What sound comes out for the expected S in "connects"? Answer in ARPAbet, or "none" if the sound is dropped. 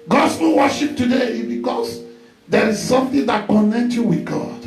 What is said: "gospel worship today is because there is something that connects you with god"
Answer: none